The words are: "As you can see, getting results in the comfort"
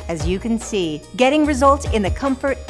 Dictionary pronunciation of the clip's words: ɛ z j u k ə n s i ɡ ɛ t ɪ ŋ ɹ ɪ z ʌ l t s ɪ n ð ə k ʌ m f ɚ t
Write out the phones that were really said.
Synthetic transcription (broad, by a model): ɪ z j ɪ k ə n s i ɡ ɛ t ɪ ŋ ɹ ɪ z ʌ l t ɪ n ð ə k ʌ m f ɚ t